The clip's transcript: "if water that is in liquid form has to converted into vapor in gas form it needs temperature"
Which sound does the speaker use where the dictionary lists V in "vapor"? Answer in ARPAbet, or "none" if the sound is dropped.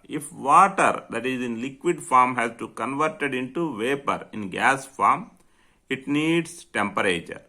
V